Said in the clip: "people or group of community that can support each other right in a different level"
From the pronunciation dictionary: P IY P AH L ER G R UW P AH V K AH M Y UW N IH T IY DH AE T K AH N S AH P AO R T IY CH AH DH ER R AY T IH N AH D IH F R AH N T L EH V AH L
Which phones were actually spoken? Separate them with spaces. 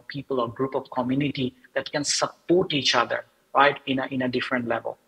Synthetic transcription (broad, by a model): P IY P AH L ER G R UW P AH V K AH M Y UW N IH T IY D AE T K AH N S AH P AO R T IY CH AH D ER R AY T IH N AH D IH F R AH N T L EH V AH L